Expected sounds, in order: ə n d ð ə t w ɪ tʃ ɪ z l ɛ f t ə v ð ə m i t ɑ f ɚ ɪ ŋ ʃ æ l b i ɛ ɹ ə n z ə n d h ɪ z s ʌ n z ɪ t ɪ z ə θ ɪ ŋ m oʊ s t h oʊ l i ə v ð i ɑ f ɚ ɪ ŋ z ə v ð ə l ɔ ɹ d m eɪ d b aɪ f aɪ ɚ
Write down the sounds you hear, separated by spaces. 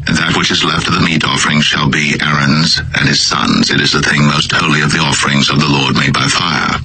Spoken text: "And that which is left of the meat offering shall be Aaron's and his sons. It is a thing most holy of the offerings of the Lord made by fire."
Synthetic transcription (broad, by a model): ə n ð ə t w ɪ tʃ ɪ z l ɛ f t ə v ð ə m i t ɑ f ɚ ɪ ŋ ʃ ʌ l b i ɛ ɹ ə n z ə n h ɪ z s ʌ n z ɪ t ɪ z ə θ ɪ ŋ m oʊ s t h oʊ l i ə v ð i ɑ f ɚ ɪ ŋ z ə v ð ə l ɔ ɹ d m eɪ d b aɪ f aɪ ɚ